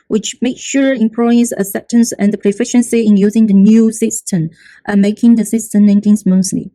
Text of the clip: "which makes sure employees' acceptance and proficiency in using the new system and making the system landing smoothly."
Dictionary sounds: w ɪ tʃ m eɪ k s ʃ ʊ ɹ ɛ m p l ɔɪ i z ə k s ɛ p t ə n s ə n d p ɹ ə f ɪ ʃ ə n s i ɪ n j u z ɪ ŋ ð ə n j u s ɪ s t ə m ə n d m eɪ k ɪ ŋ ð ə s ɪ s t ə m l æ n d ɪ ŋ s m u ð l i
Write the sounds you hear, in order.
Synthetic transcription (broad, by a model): w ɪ tʃ m eɪ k ʃ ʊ ɹ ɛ m p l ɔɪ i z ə s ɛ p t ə n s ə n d p ɹ ə f ɪ ʃ ə n s i ɪ n j u z ɪ ŋ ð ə n j u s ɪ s t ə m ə m eɪ k ɪ ŋ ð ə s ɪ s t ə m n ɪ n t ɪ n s m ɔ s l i